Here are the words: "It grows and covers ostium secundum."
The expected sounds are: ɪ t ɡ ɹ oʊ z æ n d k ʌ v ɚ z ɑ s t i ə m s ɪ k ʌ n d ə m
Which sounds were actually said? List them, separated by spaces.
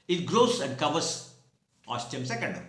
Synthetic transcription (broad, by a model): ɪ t ɡ ɹ oʊ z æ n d k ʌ v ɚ s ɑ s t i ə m s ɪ k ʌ n d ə